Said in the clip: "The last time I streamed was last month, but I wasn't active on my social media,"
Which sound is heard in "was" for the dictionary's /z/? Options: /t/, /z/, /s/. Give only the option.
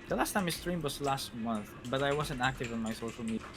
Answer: /s/